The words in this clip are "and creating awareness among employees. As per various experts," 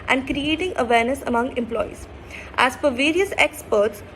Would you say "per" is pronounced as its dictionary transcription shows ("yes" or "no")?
no